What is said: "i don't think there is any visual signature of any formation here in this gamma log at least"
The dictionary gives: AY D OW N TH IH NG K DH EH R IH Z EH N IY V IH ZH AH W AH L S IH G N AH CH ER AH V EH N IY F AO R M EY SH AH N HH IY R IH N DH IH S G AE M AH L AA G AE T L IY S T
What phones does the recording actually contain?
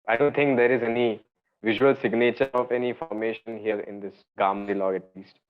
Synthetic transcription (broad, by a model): AY D OW N T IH NG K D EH R IH Z EH N IY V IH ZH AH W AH L S IH G N AH CH ER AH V EH N IY F AO R M EY SH AH N HH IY R IH N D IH S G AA M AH L AA G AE T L IY S T